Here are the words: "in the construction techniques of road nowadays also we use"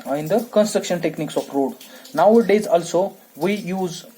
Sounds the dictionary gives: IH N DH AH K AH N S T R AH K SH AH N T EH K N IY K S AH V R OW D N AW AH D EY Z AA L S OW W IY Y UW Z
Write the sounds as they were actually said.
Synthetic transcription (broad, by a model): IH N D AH K AH N S T R AH K SH AH N T EH K N IY K S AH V R OW D N AW AH D EY Z AA L S OW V IY Y UW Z